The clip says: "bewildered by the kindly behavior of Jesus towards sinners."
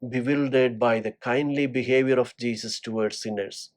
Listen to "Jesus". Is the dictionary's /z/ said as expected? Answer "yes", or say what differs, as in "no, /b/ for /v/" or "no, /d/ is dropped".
no, /s/ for /z/